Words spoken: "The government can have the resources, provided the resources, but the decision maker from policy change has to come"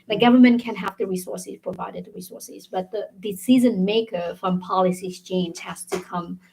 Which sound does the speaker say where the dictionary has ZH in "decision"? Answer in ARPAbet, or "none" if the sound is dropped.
Z